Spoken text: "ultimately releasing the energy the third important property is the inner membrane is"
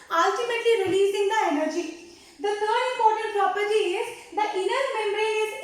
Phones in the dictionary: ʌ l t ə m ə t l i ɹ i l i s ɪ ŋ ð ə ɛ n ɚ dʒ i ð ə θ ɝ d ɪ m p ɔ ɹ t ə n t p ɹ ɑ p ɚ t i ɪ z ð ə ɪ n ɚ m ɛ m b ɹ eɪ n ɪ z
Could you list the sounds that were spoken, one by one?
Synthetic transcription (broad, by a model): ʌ l t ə m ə t l i ɹ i l i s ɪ ŋ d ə ɛ n ɚ dʒ i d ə t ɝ d ɪ m p ɔ ɹ t ə n t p ɹ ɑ p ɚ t i ɪ z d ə ɪ n ɚ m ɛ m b ɹ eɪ ɪ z